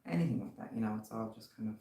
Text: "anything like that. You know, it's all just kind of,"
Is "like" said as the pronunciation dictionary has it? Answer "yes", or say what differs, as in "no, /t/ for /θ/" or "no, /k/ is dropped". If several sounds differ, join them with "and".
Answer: no, /w/ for /l/